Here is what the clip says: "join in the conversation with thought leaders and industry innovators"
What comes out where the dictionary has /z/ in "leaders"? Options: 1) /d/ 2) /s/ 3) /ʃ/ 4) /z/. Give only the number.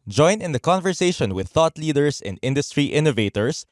2